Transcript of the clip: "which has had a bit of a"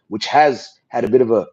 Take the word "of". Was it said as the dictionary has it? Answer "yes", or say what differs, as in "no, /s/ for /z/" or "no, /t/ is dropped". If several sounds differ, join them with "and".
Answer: yes